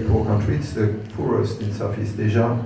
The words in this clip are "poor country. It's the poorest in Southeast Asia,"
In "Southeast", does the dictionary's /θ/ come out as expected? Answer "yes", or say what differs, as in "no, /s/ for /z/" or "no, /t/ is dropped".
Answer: no, /f/ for /θ/